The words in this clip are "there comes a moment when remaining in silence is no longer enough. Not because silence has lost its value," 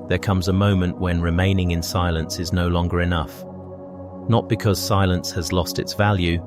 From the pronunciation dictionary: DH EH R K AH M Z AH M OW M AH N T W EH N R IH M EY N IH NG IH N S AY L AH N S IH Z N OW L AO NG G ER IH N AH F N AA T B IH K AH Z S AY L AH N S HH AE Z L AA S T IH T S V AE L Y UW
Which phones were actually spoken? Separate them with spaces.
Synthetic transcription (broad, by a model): DH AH R K AH M Z AH M OW M AH N T W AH N R IH M EY N IH NG IH N S AY L AH N S IH Z N OW L AO NG G ER IH N AH F N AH T B IH K AH Z S AY L AH N S HH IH Z L AA S T IH T S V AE L Y UW